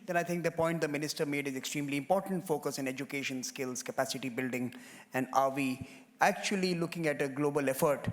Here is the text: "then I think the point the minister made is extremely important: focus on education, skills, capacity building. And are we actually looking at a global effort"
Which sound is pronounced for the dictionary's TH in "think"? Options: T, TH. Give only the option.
T